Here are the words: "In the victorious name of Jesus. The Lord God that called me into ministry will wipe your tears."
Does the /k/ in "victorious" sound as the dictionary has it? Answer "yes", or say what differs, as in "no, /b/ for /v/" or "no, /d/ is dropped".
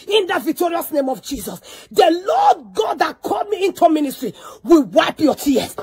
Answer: yes